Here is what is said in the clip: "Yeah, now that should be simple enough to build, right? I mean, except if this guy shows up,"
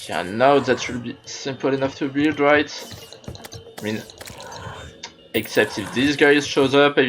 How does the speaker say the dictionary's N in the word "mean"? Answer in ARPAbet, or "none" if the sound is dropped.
N